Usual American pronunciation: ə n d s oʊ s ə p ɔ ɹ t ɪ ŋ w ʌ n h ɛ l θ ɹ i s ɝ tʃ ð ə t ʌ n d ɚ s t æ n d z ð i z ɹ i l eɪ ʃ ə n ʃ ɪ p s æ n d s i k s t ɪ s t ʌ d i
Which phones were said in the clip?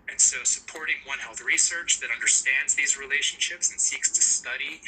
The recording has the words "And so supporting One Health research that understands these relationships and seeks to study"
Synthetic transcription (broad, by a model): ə n s oʊ s ə p ɔ ɹ t ɪ ŋ w ʌ n h ɛ l θ ɹ i s ɝ tʃ ð ə t ʌ n d ɚ s t æ n d z ð i z ɹ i l eɪ ʃ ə n ʃ ɪ p s n s i k s t ɪ s t ʌ d i